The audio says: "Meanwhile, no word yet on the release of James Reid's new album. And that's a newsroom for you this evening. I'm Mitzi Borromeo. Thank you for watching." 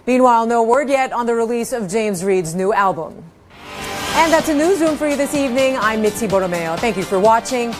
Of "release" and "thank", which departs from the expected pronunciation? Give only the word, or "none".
none